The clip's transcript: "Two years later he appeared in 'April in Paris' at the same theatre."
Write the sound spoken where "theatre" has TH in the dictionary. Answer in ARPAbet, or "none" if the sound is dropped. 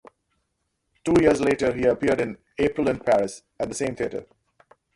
T